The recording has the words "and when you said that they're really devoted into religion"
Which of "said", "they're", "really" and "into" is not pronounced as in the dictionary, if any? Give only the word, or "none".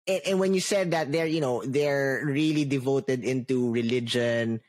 none